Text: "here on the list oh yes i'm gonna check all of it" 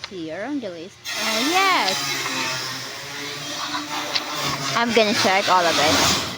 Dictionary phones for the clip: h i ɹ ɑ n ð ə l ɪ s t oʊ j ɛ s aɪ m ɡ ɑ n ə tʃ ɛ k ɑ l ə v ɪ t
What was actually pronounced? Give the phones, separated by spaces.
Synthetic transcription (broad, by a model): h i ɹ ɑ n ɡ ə l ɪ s oʊ j ɛ s aɪ m ɡ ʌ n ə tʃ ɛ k ɑ l ə v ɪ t